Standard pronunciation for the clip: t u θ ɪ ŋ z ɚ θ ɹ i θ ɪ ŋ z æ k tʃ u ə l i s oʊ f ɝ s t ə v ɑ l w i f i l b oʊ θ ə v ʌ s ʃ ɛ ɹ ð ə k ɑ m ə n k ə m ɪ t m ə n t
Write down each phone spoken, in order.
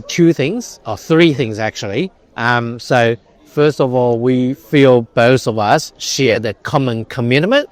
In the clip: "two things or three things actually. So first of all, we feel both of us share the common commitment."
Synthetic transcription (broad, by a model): t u θ ɪ ŋ z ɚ θ ɹ i θ ɪ ŋ z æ k tʃ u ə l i s oʊ f ɝ s t ə v ɑ l w i f i l b oʊ θ ə v ʌ s ʃ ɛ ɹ ð ə k ɑ m ə n k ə m ɪ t m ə n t